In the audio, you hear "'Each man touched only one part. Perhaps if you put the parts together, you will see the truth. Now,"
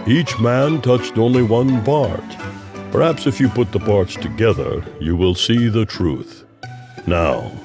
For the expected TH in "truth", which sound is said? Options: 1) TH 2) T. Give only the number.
1